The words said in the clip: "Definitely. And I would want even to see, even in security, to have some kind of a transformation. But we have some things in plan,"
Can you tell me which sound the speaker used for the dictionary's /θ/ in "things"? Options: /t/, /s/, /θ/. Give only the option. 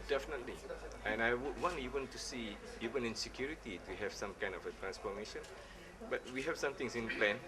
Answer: /t/